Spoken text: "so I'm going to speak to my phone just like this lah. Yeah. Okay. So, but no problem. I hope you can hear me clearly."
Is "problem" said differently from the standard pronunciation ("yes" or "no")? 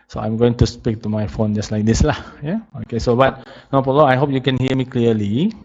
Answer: yes